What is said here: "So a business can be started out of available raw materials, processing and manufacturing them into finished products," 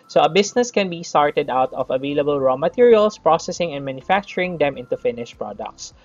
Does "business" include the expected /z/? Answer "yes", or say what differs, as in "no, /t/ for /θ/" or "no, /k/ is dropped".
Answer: no, /s/ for /z/